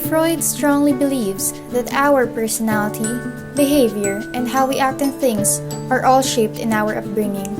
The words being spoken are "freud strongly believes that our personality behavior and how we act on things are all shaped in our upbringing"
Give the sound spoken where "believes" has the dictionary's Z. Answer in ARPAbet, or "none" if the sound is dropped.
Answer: S